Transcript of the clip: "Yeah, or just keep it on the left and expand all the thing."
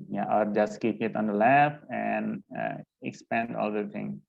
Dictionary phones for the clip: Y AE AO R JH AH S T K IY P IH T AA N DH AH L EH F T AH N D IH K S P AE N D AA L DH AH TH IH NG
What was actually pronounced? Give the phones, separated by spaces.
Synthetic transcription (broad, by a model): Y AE AO R JH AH S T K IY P IH T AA N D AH L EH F AH N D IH K S P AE N D AA L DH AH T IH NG